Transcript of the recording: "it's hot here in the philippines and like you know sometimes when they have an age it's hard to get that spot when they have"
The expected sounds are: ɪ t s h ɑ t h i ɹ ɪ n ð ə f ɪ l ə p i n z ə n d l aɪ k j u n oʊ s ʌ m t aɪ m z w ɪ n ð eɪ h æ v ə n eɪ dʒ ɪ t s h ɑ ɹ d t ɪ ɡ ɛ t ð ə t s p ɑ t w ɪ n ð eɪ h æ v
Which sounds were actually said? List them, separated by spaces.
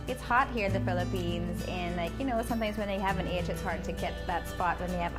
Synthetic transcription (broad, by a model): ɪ t s h ɑ t h i ɹ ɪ ð ə f ɪ l ə p i n z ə n l aɪ k j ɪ n oʊ s ʌ m t aɪ m z w ɪ n ð eɪ h æ v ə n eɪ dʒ ɪ t s h ɑ ɹ d t ɪ ɡ ɛ t ð ə t s p ɑ t w ɪ n ð eɪ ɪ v